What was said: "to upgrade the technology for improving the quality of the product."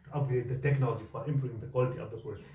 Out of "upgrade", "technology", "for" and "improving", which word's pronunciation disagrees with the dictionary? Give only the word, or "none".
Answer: upgrade